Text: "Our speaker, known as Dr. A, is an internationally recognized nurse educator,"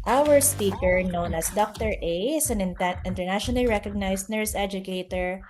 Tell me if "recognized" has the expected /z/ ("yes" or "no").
no